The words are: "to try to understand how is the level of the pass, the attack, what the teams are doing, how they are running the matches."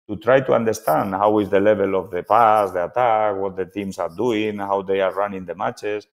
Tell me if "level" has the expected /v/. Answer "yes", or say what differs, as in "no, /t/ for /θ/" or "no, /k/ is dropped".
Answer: no, /b/ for /v/